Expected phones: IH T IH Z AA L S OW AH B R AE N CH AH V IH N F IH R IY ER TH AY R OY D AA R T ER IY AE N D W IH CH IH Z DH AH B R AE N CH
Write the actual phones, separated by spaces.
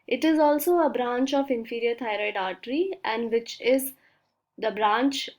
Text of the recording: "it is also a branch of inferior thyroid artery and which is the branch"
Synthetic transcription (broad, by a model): IH T IH Z AA L S OW AH B R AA N CH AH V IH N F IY R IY ER T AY R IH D AA R T ER IY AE N D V IH CH IH Z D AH B R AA N CH